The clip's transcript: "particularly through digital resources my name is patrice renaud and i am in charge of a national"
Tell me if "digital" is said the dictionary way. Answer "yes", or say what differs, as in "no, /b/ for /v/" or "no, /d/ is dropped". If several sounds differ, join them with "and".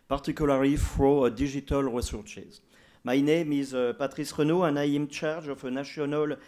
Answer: no, /ʒ/ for /dʒ/